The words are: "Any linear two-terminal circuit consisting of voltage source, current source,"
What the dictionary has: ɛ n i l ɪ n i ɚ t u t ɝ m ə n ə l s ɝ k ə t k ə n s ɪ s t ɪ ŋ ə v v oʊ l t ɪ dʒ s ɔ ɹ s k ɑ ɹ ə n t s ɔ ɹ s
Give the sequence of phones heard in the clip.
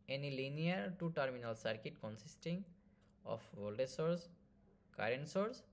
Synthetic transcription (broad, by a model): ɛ n i l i n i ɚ t u t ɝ m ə n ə l s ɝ k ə t k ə n s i s t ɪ ŋ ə f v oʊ l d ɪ s ɔ ɹ s k ɑ ɹ ə n t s ɔ ɹ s